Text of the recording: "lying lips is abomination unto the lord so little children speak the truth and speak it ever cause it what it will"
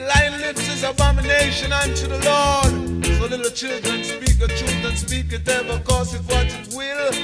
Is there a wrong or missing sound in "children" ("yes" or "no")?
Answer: no